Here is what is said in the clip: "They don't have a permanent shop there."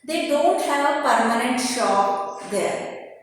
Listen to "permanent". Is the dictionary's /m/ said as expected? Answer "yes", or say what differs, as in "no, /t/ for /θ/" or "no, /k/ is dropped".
yes